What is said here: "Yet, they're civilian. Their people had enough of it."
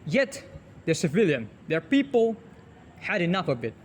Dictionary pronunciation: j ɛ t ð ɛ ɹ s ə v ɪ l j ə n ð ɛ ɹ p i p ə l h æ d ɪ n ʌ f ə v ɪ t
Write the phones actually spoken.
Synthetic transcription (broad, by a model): j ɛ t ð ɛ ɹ s ə v ɪ l j ə n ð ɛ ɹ p i p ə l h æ d ɪ n ʌ f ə b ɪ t